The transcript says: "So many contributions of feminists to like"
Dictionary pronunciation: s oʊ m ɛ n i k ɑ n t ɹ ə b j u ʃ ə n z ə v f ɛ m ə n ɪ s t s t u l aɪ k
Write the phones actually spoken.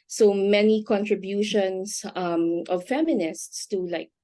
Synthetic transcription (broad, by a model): s oʊ m ɛ n i k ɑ n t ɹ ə b j u ʃ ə n s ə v f ɛ m ə n ɪ s t s t u l aɪ k